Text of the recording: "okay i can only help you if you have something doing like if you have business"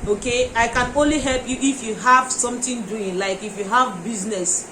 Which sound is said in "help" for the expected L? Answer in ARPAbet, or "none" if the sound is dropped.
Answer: L